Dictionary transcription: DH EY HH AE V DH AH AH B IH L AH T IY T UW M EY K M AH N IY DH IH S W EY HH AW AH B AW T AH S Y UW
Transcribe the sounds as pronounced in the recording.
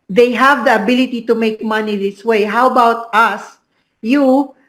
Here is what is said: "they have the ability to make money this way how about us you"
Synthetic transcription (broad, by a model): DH EY HH AE V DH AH AH B IH L AH T IY T UW M EY K M AH N IY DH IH S W EY HH AW AH B AW T AH S Y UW